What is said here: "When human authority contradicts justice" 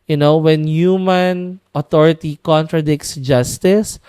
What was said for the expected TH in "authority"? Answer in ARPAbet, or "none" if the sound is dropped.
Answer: T